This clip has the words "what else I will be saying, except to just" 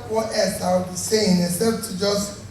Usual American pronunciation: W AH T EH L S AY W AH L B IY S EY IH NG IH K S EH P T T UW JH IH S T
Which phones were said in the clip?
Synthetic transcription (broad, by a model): W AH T EH L S AY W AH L B IY S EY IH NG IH S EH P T T UW JH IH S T